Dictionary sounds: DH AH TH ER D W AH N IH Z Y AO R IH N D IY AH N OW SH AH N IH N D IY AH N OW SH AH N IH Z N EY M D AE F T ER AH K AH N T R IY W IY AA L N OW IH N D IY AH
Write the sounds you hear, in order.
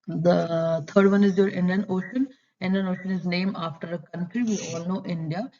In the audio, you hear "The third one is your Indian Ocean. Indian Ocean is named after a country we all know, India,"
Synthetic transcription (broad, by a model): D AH T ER D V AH N IH Z Y AO R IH N D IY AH N OW SH AH N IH N D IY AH N OW SH AH N IH Z N EY M AA F T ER AH K AH N T R IY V IY AA L N OW IH N D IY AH